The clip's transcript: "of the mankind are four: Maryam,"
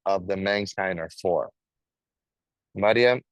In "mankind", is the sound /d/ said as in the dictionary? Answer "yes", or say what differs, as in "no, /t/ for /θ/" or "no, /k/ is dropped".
no, /d/ is dropped